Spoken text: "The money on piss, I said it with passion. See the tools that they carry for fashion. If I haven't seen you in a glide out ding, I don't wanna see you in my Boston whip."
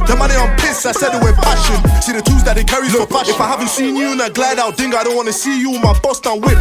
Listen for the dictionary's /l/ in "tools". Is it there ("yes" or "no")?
no